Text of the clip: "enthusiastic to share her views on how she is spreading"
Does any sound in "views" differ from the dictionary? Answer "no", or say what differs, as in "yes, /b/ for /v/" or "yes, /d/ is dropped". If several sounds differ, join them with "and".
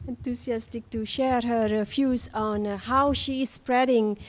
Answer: yes, /f/ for /v/